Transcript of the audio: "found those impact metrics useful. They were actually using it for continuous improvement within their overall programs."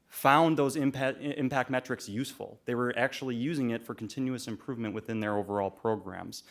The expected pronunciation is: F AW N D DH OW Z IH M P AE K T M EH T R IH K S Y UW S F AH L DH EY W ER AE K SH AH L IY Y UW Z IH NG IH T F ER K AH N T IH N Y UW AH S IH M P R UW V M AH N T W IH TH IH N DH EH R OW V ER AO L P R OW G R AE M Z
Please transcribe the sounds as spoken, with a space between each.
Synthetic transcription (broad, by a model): F AW N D DH OW Z IH M P AE K T M EH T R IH K S Y UW S F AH L DH EY W ER AE K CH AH L IY Y UW Z IH NG IH T F ER K N T IH N Y UW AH S IH M P R UW V M AH N T W IH TH IH N DH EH R OW V ER AO L P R OW G R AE M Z